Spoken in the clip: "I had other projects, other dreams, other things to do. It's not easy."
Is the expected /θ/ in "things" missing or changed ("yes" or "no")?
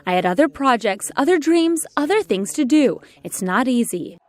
no